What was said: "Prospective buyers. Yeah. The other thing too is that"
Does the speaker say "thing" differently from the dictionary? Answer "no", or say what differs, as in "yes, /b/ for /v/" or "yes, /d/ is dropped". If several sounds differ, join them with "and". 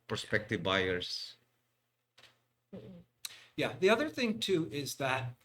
no